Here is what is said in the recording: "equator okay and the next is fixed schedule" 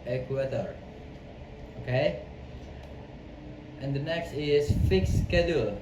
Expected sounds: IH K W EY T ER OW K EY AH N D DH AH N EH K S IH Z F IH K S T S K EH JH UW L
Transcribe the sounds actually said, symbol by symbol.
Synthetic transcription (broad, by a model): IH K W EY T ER OW K EY AH N D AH N EH K S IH S F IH K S S K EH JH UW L